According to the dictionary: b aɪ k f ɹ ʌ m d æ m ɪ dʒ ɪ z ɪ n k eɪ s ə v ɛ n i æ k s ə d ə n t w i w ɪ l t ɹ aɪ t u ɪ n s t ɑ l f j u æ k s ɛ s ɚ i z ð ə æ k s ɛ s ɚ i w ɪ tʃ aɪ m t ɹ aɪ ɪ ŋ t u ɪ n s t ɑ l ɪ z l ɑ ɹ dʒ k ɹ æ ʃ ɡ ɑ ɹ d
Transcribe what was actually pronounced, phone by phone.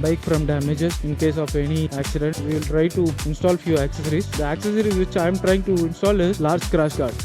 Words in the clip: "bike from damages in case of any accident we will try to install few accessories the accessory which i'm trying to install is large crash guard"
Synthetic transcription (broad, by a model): b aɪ k f ɹ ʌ m d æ m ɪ dʒ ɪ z ɪ n k eɪ s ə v ɛ n i æ k s ə d ə n t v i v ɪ l t ɹ aɪ t u ɪ n s t ɑ l f j u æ k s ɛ s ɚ i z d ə æ k s ɛ s ɚ i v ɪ tʃ aɪ m t ɹ aɪ ɪ ŋ t u ɪ n s t ɑ l ɪ z l ɑ ɹ dʒ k ɹ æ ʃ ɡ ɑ ɹ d